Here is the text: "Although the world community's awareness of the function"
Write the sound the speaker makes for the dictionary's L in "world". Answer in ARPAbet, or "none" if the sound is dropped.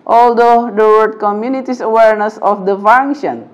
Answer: none